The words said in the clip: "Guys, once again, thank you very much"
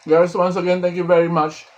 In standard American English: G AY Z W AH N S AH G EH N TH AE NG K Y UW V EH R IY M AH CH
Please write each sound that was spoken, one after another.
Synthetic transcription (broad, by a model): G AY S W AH N S AH G EH N T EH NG K Y UW V EH R IY M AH CH